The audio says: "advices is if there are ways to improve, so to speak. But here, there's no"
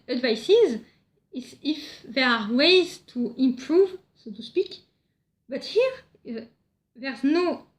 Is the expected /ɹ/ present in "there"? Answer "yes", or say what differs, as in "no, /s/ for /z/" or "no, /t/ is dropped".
yes